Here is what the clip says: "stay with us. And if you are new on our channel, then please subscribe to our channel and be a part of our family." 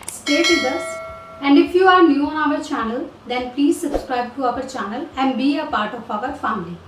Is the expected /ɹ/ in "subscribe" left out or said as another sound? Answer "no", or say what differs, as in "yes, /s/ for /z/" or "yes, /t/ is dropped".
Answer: no